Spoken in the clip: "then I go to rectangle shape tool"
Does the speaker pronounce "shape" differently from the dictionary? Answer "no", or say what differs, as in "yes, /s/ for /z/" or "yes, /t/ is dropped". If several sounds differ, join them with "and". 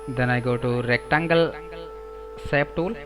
yes, /s/ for /ʃ/